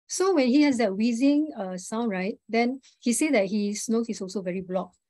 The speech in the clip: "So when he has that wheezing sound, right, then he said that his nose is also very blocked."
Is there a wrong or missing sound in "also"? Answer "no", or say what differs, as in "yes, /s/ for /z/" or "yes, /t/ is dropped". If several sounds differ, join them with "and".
no